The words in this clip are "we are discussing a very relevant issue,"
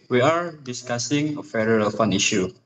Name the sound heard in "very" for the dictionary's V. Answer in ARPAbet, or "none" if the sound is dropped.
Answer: F